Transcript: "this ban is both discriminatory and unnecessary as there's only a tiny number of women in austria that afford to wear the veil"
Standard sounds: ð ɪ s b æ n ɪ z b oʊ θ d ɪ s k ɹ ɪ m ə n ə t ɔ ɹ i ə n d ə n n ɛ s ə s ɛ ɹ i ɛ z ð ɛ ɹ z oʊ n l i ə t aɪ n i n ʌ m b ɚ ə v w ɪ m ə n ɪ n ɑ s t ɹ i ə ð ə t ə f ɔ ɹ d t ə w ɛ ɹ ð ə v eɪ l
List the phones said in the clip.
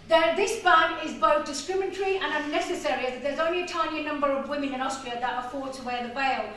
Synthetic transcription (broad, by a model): ð ɪ s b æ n ɪ z b oʊ θ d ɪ s k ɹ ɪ m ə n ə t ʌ ɹ i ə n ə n n ɛ s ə s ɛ ɹ i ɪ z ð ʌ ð z oʊ n l i ə t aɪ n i n ʌ m b ɚ ə v w ɪ m ə n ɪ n ɑ s t ɹ i ə ð ə t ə f ɔ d t ə w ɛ ð ə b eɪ l